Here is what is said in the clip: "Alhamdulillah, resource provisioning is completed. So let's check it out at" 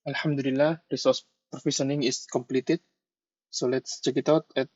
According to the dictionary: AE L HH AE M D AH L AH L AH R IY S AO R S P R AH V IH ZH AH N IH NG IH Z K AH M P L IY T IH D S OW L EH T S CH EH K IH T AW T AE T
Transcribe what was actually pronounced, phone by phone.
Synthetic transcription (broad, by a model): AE L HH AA M D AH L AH L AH R IY S AO R S P R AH F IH SH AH N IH NG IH S K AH M P L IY T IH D S OW L EH T S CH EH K IH T AW T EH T